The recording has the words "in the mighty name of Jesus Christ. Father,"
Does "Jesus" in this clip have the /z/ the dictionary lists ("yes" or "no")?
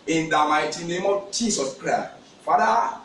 no